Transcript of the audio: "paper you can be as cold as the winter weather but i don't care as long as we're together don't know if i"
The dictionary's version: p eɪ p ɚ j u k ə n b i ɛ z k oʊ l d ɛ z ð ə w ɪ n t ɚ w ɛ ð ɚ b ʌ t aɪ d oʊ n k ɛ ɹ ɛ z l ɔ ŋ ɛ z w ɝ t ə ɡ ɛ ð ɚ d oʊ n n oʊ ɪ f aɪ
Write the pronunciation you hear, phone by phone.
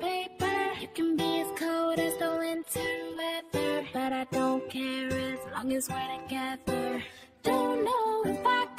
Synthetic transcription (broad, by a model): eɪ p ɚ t k ə n b i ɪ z k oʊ d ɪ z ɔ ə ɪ n t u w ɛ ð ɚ b ʌ t aɪ d oʊ n k ɛ ɹ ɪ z l ɔ ŋ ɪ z w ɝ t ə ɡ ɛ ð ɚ d oʊ n n oʊ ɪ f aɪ